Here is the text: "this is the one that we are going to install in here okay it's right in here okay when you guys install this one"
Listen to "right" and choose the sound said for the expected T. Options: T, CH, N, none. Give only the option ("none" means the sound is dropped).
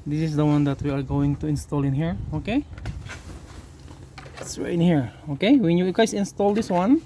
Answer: none